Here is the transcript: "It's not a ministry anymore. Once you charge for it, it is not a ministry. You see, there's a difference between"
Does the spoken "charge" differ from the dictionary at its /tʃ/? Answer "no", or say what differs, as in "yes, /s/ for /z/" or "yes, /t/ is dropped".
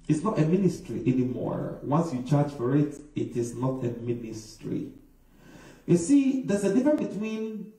no